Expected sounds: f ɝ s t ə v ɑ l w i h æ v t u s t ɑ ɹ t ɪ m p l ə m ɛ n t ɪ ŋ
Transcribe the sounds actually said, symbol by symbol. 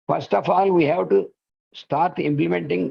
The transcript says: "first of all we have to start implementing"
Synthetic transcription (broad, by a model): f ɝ s t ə f ɑ l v i h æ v t u s t ɑ ɹ t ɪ m p l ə m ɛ n t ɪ ŋ